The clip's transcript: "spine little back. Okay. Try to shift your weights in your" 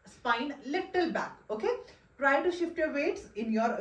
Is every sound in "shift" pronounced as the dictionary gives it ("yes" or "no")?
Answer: yes